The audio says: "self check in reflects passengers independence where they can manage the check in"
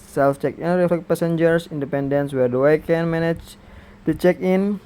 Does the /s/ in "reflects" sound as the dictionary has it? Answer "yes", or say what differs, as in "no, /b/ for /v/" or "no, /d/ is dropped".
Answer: no, /s/ is dropped